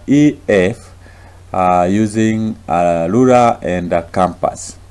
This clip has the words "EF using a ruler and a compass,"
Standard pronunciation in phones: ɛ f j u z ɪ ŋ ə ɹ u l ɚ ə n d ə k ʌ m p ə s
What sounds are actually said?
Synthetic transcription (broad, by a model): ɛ f j u z ɪ ŋ ə l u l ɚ ə n d ə k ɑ m p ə s